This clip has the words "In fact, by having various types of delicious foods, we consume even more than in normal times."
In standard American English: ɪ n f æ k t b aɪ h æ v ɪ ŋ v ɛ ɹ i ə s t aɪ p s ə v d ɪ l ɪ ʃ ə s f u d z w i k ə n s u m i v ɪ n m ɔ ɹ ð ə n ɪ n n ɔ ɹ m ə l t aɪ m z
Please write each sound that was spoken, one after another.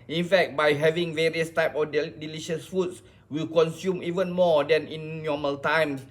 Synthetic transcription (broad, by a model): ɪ n f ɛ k t b aɪ h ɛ v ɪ ŋ v ɛ ɹ i ə s t aɪ p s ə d d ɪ l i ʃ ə s f u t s w i k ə n s u m i v ɪ n m ɔ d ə n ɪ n n ɔ m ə l t aɪ m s